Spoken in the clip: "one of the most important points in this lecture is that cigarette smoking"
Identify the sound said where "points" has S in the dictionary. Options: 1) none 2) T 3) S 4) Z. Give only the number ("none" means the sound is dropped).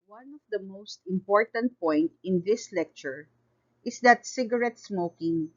1